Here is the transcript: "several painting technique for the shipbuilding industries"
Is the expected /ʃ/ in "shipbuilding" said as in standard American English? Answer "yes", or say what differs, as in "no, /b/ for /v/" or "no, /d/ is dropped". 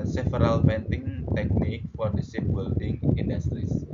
no, /s/ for /ʃ/